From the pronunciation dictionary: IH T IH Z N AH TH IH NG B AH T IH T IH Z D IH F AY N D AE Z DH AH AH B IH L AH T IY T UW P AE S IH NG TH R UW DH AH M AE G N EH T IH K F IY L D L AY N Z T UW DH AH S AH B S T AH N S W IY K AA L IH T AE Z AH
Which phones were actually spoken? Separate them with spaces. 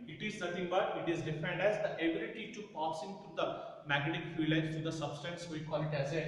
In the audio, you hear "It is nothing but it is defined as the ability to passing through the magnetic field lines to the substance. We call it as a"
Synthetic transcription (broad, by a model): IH T IH Z N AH T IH NG B AH T IH T IH Z D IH F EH N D AE Z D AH AH B IH L AH T IY T UW P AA S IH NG T R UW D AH M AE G EH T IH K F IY L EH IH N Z T UW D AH S AH B S T AH N S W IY K AA L IH T AE Z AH